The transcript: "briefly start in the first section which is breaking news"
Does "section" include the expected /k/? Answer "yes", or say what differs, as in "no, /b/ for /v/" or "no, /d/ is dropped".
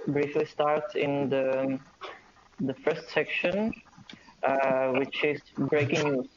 yes